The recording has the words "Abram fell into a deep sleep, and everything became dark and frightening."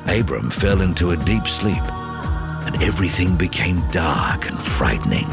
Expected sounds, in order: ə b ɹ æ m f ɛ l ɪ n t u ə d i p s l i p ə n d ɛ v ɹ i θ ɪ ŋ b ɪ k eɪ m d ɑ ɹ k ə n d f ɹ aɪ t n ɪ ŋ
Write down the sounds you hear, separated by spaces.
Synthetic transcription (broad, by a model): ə b ɹ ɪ m f ɛ l ɪ n t u ə d i p s l i p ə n ɛ v ɹ i θ ɪ ŋ b ɪ k eɪ m d ɑ ɹ k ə n f ɹ aɪ t n ɪ ŋ